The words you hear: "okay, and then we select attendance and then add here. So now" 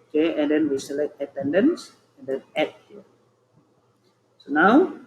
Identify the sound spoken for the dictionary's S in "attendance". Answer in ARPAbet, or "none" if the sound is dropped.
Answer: S